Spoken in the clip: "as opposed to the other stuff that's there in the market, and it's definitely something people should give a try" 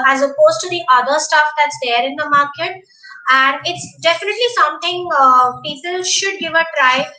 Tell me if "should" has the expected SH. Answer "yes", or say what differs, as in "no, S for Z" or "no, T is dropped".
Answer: yes